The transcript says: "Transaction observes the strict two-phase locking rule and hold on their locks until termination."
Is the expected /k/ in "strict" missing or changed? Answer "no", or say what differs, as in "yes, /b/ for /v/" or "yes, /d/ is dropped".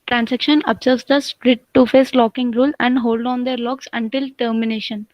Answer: yes, /k/ is dropped